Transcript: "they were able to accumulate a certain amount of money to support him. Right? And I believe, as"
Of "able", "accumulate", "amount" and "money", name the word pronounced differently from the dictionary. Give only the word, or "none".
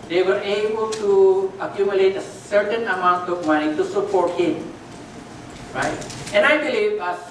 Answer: none